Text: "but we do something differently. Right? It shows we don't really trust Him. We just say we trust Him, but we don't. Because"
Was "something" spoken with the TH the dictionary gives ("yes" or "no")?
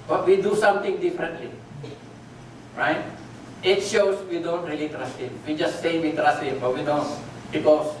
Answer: no